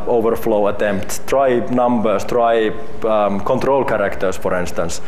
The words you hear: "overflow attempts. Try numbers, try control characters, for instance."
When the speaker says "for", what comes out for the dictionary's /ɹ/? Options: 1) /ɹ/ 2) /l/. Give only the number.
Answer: 1